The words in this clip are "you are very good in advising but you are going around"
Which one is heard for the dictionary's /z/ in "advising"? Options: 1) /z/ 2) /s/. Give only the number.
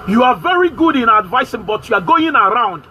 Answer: 2